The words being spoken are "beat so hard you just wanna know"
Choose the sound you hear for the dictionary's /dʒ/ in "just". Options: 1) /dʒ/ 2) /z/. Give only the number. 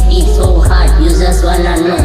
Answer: 2